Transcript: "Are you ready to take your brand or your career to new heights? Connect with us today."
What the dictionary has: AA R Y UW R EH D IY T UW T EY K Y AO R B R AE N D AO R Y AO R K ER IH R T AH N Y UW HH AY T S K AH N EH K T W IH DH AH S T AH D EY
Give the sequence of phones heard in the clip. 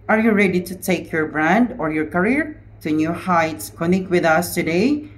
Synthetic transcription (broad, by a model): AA R Y UW R EH D IY T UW T EY K Y AO R B R AE N D AO R Y AO R K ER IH R T AH N Y UW HH AY T S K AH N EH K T W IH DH AH S T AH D EY